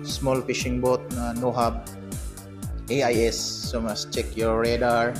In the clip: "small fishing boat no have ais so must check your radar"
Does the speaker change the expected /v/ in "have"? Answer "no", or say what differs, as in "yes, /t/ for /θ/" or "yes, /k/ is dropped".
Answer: yes, /b/ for /v/